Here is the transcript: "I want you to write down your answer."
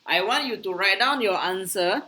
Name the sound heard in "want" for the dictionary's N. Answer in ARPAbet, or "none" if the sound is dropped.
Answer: N